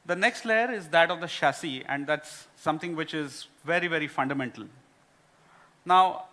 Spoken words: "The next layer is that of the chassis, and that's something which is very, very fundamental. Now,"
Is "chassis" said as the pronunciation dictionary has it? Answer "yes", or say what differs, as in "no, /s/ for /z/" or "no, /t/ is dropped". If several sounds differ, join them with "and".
no, /ʃ/ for /tʃ/